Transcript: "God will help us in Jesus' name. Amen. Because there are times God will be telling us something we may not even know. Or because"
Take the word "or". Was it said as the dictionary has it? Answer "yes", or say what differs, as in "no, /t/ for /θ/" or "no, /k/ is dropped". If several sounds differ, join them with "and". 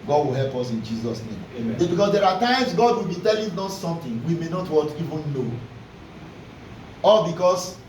no, /l/ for /ɹ/